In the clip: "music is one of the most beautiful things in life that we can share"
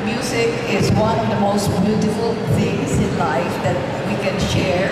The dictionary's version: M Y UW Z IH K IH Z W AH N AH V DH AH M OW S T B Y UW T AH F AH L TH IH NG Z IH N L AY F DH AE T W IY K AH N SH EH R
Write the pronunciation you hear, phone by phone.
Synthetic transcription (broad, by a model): M Y UW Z IH K IH Z W AH N AH V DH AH M OW S T B Y UW T AH F AH L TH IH NG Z IH N L AY F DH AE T W IY K AH N SH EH R